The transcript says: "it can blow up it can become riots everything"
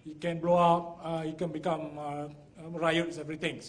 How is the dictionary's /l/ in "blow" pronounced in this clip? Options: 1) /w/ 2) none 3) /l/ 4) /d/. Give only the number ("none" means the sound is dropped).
3